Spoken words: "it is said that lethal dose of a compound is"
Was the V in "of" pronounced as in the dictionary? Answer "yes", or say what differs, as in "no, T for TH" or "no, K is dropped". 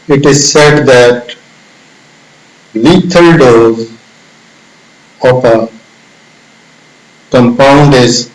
no, P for V